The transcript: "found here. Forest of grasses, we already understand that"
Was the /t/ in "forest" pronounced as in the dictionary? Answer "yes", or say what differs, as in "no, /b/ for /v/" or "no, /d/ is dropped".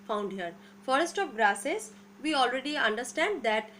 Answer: yes